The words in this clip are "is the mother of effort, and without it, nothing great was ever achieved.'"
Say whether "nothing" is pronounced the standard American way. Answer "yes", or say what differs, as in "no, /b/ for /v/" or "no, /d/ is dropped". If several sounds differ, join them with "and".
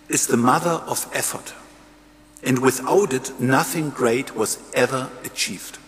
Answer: yes